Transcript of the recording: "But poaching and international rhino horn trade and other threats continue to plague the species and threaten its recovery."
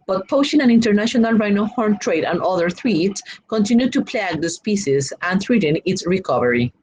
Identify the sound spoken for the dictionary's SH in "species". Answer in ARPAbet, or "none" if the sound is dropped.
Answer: S